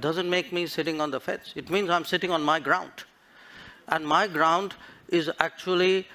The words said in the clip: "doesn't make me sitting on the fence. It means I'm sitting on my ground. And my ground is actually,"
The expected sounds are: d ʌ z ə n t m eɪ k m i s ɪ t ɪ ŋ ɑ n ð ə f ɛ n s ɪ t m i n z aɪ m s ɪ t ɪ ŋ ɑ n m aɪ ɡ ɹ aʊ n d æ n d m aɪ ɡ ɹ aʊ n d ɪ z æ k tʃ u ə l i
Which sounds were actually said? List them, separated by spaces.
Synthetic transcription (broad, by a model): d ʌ z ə n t m eɪ k m i s ɪ t ɪ ŋ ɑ n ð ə f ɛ s ɪ t m i n z aɪ m s ɪ t ɪ ŋ ɑ n m aɪ ɡ ɹ aʊ n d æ n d m aɪ ɡ ɹ aʊ n d ɪ z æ k tʃ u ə l i